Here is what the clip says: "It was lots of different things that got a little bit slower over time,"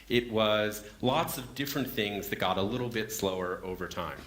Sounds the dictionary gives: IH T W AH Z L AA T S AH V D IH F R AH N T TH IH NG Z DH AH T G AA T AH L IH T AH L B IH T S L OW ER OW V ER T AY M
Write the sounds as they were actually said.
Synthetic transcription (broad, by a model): IH T W AH Z L AA T S AH V D IH F R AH N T TH IH NG Z DH AH T G AA T AH L IH T L B IH T S L OW ER OW V ER T AY M